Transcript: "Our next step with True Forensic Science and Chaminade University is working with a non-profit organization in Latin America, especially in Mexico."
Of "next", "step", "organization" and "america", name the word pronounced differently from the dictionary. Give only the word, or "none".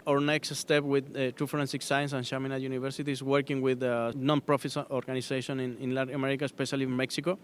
organization